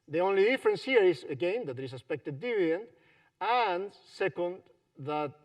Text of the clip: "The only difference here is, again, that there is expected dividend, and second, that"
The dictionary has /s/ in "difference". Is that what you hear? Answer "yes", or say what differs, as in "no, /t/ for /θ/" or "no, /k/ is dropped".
yes